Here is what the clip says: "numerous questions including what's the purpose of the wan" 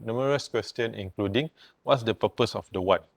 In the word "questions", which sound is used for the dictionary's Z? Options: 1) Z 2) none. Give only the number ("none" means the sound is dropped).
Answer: 2